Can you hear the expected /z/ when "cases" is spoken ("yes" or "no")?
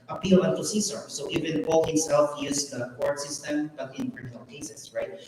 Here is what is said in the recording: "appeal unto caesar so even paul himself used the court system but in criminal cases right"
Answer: no